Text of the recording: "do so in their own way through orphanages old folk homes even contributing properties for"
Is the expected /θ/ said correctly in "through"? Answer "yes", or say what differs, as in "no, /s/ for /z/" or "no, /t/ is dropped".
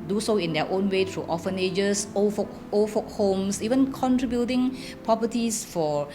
no, /t/ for /θ/